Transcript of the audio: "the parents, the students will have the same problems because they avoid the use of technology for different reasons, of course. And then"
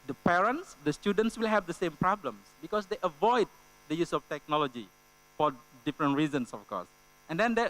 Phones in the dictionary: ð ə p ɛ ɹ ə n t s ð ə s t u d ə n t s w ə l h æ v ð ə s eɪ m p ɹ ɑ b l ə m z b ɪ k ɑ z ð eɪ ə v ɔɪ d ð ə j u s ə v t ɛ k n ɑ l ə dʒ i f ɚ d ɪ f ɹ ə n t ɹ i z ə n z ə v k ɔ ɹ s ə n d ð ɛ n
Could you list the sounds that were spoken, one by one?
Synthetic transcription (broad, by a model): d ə p ɛ ɹ ə n t s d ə s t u d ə n t s w ə l h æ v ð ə s eɪ m p ɹ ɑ b l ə m s b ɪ k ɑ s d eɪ ə v ɔɪ d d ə j u s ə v t ɛ k n ɑ l ə dʒ i f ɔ d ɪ f ɹ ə n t ɹ i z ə n s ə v k ɔ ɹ s ə n d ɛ n